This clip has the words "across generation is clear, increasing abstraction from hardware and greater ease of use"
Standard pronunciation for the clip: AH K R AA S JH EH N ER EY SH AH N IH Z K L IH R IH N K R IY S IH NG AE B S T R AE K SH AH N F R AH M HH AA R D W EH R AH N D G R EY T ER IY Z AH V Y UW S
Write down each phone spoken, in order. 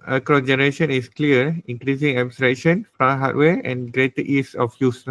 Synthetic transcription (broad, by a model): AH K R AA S JH EH N ER EY SH AH N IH S K L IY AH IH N K R IY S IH NG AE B S T R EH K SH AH N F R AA HH AA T W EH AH N G R EY T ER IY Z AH F Y UW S